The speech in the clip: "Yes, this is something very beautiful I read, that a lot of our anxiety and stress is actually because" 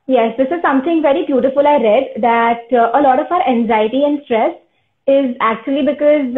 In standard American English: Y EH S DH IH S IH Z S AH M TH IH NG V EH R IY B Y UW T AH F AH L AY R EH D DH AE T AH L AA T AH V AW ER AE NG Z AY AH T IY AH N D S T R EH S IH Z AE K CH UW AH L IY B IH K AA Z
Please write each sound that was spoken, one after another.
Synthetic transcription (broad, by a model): Y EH S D IH S IH Z S AH M T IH NG V EH R IY B Y UW T AH F AH L AY R EH D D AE T AH L AA T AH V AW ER AE NG Z AY AH T IY AH N D S T R EH S IH Z AE K CH UW AH L IY B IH K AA Z